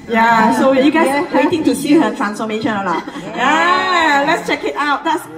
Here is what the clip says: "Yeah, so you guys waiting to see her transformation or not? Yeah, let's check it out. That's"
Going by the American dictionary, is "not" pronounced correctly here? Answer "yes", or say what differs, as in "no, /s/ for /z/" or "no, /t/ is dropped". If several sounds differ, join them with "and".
no, /l/ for /n/